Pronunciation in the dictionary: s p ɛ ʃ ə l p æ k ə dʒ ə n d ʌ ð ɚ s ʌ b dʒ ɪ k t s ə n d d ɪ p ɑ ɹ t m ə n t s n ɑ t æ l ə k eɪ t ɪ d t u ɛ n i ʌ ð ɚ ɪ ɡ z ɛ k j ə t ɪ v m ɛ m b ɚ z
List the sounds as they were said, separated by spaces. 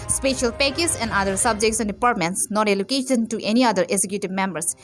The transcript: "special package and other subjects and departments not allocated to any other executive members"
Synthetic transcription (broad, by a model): s p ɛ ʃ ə l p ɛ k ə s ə n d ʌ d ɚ s ʌ b dʒ ɪ k t s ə n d d ɪ p ɑ ɹ t m ə n t s n ɑ t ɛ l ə k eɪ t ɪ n t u ɛ n i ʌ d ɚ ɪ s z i k j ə t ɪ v m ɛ m b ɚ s